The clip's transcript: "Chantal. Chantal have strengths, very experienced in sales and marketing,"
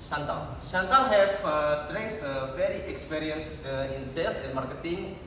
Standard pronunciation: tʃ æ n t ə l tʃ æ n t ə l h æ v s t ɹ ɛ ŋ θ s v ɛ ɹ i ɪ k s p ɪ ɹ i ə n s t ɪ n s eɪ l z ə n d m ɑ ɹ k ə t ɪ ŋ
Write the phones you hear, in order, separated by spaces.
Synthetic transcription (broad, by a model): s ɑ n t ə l s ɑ n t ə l h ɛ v s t ɹ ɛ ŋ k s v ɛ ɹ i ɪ k s p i ɹ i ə n s ɪ n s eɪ l s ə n m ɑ ɹ k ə t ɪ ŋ